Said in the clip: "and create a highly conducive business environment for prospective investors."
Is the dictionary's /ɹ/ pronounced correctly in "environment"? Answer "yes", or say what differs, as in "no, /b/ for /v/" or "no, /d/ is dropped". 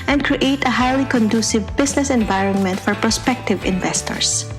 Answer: yes